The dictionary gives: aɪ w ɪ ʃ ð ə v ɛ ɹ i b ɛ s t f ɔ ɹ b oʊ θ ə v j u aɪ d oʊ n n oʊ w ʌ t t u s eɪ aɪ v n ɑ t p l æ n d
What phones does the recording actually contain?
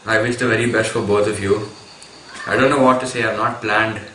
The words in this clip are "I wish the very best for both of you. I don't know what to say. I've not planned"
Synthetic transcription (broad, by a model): aɪ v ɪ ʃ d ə v ɛ ɹ i b ɛ s t f ɔ ɹ b oʊ t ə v j u aɪ d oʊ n n oʊ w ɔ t t u s eɪ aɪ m n ɑ t p l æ n d